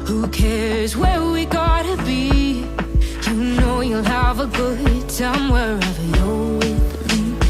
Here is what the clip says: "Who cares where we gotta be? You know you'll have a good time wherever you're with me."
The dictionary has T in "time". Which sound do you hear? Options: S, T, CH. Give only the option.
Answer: S